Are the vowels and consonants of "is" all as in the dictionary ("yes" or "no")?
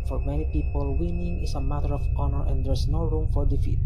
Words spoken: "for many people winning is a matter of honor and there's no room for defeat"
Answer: no